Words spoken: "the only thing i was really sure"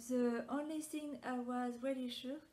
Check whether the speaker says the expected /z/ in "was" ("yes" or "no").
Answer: yes